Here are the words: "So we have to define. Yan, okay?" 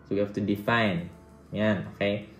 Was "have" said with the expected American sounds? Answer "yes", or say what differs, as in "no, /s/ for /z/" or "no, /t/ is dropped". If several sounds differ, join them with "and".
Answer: no, /f/ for /v/